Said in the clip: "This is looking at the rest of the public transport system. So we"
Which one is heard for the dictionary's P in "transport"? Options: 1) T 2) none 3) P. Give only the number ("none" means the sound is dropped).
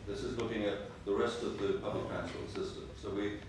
2